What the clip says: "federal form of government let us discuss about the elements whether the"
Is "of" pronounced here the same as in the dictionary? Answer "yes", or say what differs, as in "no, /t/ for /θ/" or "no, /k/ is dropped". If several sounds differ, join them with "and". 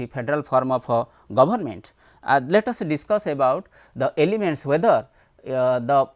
no, /p/ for /v/